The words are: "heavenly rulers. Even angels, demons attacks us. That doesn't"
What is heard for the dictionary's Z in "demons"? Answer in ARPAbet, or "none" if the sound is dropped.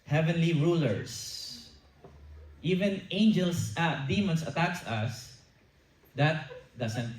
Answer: S